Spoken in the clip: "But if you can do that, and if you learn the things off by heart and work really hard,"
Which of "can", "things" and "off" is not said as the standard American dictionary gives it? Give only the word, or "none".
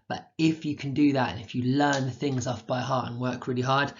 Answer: none